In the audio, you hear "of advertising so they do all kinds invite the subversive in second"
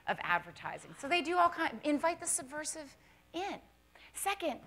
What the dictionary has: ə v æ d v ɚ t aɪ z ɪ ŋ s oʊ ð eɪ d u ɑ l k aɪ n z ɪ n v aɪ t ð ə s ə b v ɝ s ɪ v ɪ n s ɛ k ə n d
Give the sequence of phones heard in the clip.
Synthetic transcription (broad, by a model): ə v æ d v ɚ t aɪ z ɪ ŋ s oʊ ð eɪ d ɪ ɑ l k aɪ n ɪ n v aɪ t ð ə s ə b v ɝ s ɪ v ɪ n s ɛ k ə n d